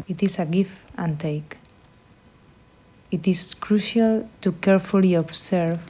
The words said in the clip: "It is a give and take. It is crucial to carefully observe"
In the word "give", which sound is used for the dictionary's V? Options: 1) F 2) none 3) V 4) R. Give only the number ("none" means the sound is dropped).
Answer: 1